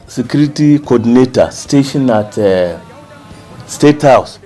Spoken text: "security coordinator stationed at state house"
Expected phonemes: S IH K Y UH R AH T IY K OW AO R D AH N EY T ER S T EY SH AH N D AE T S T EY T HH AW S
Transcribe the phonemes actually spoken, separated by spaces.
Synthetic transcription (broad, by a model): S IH K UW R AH T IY K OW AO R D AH N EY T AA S T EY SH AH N AA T S T EY T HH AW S